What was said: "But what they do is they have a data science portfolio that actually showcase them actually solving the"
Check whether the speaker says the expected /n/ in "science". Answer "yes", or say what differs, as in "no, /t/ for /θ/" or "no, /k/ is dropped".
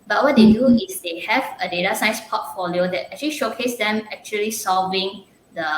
no, /n/ is dropped